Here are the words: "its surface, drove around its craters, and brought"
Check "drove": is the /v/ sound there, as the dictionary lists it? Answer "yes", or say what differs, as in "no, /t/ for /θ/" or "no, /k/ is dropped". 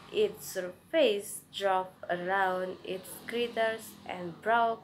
no, /p/ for /v/